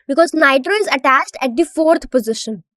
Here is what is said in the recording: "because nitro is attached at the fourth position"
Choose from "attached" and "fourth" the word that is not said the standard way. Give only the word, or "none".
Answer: fourth